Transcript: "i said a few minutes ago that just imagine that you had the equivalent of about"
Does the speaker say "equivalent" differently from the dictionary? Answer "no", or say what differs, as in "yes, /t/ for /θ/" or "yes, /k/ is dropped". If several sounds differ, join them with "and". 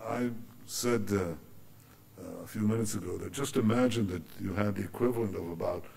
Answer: no